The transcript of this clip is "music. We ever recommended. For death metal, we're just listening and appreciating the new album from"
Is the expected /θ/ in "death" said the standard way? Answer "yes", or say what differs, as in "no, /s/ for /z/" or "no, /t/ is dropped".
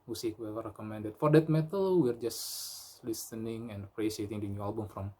no, /t/ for /θ/